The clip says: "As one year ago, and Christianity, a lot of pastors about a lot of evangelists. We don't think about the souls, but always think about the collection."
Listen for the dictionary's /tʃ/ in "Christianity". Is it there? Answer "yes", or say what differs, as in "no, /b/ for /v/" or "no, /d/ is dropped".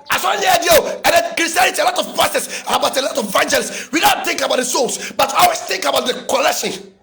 no, /tʃ/ is dropped